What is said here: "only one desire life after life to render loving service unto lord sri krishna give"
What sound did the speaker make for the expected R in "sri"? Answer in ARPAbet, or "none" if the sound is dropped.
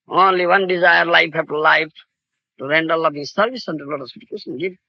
none